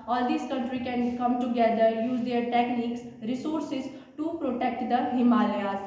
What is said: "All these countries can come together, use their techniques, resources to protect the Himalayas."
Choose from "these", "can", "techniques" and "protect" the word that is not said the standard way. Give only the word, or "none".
these